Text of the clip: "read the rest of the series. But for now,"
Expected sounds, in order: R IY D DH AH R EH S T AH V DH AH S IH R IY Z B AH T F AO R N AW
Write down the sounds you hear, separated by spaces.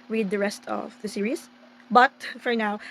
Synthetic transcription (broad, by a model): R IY D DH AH R EH S T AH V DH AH S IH R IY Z B AH T F AO R N AW